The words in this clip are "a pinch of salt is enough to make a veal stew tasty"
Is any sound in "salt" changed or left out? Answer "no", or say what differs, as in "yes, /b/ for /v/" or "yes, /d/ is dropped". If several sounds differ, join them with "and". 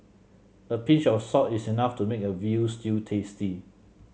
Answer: yes, /l/ is dropped